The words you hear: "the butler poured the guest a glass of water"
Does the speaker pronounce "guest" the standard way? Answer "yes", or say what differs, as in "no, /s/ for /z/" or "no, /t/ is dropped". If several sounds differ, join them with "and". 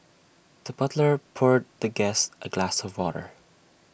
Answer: yes